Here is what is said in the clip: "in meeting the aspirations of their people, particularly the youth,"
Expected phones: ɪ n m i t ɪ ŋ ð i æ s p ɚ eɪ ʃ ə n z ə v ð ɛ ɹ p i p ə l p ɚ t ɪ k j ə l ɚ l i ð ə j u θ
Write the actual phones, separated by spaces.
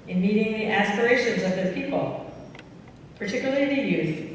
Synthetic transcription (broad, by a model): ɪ n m i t ɪ ŋ ð i æ s p ɚ eɪ ʃ ə n z ə v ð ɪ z p i p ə l p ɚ t ɪ k j l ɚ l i ð ə j u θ